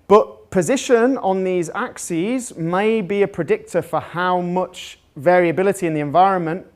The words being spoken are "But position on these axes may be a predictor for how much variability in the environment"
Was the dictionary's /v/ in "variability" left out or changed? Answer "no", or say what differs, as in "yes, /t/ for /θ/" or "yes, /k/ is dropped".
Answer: no